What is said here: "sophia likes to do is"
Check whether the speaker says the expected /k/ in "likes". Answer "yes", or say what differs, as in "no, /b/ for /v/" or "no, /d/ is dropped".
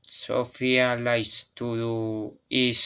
no, /k/ is dropped